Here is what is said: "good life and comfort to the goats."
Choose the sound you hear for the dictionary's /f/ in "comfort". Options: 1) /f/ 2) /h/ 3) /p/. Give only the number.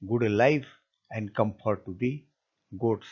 3